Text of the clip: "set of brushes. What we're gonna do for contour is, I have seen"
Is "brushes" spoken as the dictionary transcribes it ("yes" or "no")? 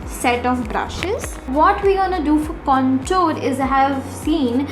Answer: yes